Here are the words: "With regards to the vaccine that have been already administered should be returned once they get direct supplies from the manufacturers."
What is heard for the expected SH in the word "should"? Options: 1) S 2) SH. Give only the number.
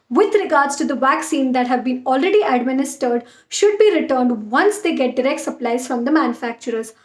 2